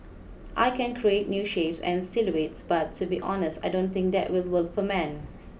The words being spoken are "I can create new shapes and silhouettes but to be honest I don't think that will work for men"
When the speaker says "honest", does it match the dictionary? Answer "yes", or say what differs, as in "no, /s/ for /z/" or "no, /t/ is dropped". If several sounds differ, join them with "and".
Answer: yes